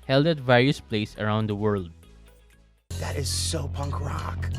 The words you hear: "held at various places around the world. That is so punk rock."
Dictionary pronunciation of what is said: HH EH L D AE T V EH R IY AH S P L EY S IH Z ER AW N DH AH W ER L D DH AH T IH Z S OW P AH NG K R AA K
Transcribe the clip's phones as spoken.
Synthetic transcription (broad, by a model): HH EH L D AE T V EH R IY AH S P L EY IH S ER AW N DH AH W ER L D DH AH T IH Z S OW P AH NG K R AA K